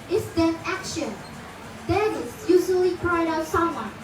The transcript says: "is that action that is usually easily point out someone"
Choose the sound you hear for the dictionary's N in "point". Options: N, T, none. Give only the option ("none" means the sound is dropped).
none